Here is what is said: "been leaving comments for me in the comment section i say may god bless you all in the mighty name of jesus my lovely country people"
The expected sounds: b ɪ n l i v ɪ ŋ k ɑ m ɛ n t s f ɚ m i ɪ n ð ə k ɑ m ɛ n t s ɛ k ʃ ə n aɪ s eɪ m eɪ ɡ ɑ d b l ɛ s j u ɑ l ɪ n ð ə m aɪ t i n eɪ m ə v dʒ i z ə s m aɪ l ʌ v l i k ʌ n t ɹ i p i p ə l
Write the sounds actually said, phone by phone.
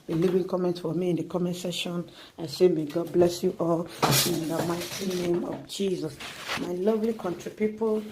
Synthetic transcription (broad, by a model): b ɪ l i v ɪ ŋ k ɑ m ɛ n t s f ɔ m i ɪ n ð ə k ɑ m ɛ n s ɛ ʃ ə n aɪ s eɪ m eɪ ɡ ɑ d b l ɛ s j u ɑ l ɪ n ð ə m aɪ t i n eɪ m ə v dʒ i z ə s m aɪ l ʌ v l i k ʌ n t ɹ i p i p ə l